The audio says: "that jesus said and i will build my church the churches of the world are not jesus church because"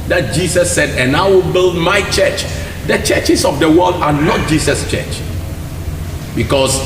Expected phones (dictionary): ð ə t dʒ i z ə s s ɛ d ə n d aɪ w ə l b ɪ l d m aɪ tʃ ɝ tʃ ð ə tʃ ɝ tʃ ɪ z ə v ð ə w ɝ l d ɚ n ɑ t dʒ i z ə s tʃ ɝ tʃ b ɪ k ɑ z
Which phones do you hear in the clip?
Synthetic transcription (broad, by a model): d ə t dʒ i s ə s s ɛ d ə n aɪ w ə l b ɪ l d m aɪ tʃ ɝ tʃ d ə tʃ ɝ tʃ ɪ s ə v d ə w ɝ l d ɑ n ɑ t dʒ i s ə s tʃ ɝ tʃ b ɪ k ɑ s